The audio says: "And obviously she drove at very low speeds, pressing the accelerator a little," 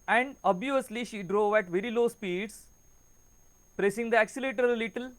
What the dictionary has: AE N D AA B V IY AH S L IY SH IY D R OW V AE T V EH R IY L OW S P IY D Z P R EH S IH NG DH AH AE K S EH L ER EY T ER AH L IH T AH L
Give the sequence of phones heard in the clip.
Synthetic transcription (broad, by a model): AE N D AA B IY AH S L IY SH IY D R OW V AE T V EH R IY L OW S P IY D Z P R EH S IH NG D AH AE K S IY L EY T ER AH L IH T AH L